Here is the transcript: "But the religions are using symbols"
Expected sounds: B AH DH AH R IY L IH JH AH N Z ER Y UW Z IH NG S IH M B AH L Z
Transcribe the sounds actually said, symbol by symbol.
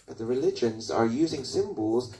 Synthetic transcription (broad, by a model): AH DH AH R IY L IH JH AH N Z ER Y UW Z IH NG S IH M B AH L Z